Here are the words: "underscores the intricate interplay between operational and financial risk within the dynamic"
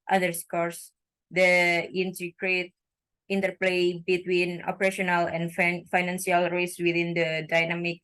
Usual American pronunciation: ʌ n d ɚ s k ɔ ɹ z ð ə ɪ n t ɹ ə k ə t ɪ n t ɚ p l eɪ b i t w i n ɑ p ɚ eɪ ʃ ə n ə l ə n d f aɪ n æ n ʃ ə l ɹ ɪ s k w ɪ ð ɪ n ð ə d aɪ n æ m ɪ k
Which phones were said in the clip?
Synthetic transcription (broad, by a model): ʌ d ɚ s k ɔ ɹ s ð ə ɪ n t ə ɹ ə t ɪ n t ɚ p l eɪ b i t w i n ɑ p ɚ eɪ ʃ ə n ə l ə n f f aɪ n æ n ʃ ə l ɹ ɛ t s w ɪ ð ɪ n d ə d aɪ n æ m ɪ k